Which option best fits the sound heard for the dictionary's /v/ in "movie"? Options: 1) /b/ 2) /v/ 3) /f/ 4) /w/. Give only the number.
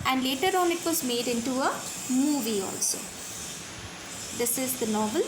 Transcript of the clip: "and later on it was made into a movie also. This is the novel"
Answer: 2